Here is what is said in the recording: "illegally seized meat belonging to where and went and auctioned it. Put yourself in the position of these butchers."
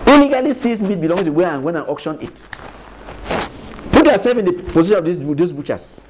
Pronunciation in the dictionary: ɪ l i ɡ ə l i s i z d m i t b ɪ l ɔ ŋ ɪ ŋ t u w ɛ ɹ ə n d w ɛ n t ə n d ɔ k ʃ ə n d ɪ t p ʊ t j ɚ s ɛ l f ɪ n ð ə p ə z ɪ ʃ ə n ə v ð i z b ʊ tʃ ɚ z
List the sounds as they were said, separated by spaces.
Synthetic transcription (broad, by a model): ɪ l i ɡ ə l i s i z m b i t b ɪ l ɔ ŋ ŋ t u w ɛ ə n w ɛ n ə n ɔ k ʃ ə n ɪ t p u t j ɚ s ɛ l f ɪ n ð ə p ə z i ʃ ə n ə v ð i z b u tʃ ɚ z